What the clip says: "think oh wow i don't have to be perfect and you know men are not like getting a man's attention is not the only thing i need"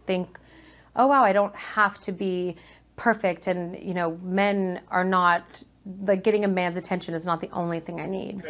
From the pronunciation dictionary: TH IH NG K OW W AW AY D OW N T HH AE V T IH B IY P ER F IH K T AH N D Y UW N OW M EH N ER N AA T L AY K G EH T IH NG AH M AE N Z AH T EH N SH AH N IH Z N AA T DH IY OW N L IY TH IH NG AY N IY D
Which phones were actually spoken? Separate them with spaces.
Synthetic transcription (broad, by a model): TH IH NG K OW W AW AY D OW N T HH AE F T IH B IY P ER F IH K T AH N Y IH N OW M EH N ER N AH T L AY K G EH T IH NG AH M AE N Z AH T EH N SH AH N IH Z N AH T DH IY OW N L IY TH IH NG AY N IY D